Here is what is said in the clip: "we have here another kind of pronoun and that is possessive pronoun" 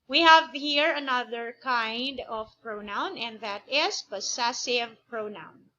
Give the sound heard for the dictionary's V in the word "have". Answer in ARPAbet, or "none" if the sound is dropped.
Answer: V